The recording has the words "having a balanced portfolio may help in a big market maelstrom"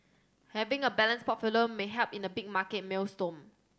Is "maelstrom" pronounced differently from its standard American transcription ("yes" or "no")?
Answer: yes